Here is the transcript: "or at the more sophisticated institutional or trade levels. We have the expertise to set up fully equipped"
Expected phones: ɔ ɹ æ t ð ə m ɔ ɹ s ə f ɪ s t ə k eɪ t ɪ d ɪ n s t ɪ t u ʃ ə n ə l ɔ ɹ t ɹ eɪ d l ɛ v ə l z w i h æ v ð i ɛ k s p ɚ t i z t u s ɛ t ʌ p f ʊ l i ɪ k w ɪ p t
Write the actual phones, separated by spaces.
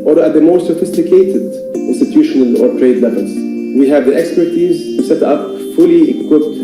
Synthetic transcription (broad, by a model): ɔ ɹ æ t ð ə m ɔ ɹ s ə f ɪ s t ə k eɪ t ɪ d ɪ n s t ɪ t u ʃ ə n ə l ɔ ɹ t ɹ eɪ d l ɛ v ə l z w i h æ v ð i ɛ k s p ɚ t i z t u s ɛ t ʌ p f ʊ l i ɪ k w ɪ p t